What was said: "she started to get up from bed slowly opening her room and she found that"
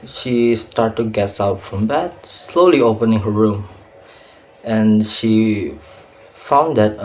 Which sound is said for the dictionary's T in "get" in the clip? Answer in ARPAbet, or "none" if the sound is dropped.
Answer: none